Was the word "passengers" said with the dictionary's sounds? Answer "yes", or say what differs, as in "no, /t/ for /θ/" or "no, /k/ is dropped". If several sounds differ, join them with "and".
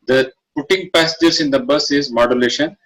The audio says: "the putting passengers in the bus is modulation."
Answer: no, /n/ is dropped